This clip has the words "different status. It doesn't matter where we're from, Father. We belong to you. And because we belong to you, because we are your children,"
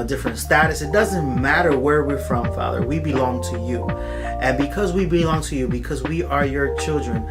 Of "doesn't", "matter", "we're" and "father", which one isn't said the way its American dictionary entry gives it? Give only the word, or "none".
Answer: none